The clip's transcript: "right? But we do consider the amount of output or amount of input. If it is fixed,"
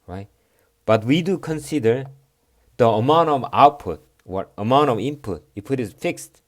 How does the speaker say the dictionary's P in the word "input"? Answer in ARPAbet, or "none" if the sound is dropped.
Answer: P